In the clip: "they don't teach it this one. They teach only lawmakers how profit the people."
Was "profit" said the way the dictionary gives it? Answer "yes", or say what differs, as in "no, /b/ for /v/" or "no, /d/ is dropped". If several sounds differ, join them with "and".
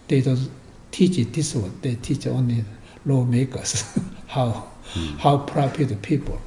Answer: no, /p/ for /f/